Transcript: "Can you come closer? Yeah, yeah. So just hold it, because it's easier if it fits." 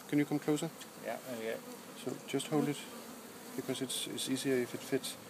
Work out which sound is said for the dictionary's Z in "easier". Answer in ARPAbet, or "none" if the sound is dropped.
S